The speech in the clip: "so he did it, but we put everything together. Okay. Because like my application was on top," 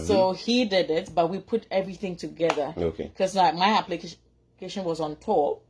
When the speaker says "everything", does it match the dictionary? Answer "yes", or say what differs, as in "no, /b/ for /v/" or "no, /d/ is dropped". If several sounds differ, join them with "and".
yes